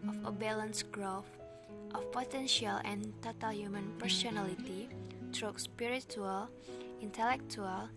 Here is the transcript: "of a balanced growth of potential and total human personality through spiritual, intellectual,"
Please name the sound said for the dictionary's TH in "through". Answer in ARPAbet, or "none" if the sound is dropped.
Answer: T